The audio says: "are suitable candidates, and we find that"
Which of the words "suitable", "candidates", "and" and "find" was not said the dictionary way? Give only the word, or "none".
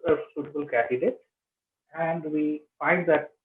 candidates